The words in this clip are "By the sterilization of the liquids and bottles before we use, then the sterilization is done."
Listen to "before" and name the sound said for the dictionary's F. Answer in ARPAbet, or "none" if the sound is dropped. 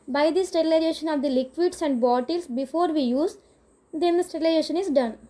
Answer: F